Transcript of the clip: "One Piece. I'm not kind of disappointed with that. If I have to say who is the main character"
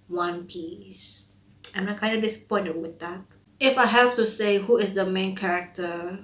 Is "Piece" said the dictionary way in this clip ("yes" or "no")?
yes